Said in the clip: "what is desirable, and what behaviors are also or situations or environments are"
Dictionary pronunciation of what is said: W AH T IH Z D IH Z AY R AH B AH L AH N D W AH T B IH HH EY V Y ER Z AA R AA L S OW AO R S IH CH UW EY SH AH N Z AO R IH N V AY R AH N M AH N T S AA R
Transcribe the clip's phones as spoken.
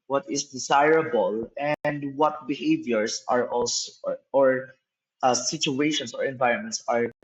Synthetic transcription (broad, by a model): W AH T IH S D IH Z AY R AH B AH L AH N D W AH T B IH HH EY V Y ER S AA R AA L S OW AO R S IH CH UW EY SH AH N S AO R IH N V AY R AH N M AH N T S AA R